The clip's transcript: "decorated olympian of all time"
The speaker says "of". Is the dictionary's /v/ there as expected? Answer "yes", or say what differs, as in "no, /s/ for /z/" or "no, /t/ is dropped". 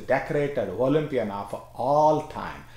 no, /f/ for /v/